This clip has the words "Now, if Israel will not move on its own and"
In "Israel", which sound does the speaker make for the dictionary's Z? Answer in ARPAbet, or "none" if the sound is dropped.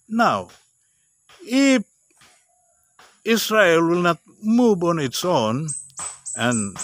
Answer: S